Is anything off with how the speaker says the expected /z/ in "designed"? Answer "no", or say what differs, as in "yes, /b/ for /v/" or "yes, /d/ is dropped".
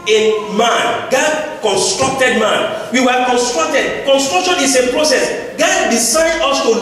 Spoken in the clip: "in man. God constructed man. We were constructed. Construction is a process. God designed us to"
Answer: yes, /s/ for /z/